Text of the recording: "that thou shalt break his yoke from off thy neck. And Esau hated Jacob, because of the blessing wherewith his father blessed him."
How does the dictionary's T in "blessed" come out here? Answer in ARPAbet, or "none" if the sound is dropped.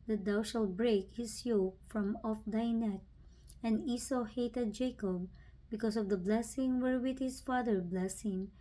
none